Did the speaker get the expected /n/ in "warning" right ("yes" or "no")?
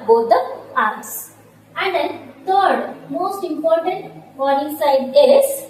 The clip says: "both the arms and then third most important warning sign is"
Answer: no